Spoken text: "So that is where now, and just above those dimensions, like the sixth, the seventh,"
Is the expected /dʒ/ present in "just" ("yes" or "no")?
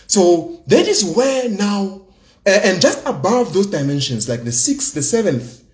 yes